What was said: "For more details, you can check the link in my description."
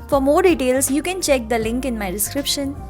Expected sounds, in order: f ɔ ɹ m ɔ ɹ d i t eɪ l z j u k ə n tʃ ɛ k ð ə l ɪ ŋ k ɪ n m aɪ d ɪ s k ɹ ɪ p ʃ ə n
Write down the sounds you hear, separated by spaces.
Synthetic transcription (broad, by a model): f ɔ ɹ m ɔ ɹ d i t eɪ l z j u k ə n tʃ ɛ k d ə l ɪ ŋ k ɪ n m aɪ d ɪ s k ɹ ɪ p ʃ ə n